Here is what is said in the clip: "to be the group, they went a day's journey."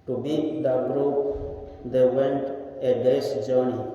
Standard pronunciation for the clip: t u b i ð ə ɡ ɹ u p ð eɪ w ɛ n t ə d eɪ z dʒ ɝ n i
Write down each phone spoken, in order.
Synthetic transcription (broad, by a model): t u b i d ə ɡ ɹ u p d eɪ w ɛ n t ə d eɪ s dʒ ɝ n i